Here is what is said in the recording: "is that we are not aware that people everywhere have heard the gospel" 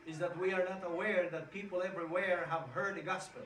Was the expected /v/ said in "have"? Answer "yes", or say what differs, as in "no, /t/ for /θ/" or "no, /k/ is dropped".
yes